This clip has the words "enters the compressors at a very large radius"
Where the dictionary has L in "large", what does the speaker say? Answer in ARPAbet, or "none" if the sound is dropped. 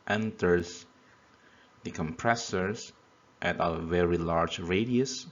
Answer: L